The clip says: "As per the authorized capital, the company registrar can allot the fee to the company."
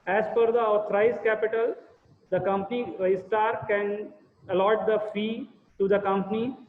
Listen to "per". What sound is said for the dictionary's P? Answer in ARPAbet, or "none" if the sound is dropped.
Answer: F